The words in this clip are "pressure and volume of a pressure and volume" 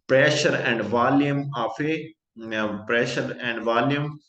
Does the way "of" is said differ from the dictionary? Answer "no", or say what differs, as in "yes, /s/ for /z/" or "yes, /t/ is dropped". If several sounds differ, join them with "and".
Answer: yes, /f/ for /v/